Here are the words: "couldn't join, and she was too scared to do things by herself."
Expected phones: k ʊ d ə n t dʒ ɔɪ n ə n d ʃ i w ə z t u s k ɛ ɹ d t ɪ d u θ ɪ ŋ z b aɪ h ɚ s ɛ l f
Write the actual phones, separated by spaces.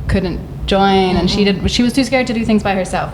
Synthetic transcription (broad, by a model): k ʊ d n t dʒ ɔɪ n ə n d ʃ i w ə z t u s k ɛ ɹ d t ɪ d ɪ θ ɪ ŋ z b aɪ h ɚ s ɛ l f